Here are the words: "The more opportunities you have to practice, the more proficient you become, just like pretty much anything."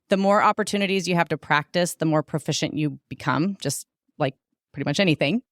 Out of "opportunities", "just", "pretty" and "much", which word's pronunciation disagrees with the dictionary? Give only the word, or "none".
none